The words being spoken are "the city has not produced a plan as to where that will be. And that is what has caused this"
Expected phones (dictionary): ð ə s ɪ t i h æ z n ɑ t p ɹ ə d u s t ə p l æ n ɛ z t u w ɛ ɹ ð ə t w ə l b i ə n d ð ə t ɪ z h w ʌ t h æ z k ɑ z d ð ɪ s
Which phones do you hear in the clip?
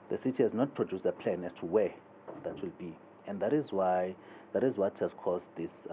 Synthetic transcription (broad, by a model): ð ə s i t i h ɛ z n ɑ t p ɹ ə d u s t ə p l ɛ n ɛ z t u w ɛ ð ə t w ə l b i ə n d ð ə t ɪ z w w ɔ t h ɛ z k ɑ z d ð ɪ s